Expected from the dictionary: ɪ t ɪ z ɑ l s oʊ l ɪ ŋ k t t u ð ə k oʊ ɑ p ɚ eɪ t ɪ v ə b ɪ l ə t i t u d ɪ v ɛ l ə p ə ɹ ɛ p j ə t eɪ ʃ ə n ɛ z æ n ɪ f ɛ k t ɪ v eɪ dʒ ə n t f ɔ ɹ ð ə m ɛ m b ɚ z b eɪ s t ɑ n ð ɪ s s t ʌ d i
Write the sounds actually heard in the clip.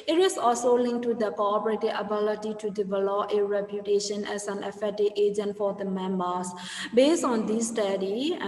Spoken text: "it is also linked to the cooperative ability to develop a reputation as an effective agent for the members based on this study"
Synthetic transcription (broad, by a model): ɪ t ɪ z ɑ l s oʊ l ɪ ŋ k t t u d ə k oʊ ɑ p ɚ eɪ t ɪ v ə b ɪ l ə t i t u d ɪ v ɛ l ə p ə ɹ ɛ p j ə t eɪ ʃ ə n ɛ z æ n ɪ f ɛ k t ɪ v eɪ dʒ ə n t f ɔ ɹ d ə m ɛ m b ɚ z b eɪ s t ɑ n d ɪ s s t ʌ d i